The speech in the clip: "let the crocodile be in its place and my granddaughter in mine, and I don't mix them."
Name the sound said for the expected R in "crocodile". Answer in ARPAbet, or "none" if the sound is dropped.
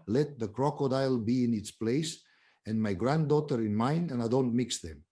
R